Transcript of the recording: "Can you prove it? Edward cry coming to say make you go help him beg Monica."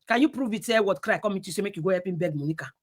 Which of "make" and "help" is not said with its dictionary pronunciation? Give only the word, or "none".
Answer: help